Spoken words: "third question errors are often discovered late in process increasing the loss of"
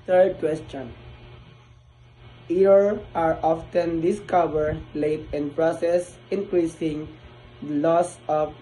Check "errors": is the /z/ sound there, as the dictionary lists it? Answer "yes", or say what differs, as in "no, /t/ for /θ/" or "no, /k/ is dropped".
no, /z/ is dropped